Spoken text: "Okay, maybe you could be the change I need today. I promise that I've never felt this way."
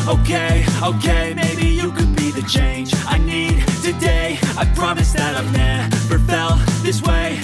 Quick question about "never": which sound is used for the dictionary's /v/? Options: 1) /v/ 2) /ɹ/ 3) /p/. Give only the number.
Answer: 3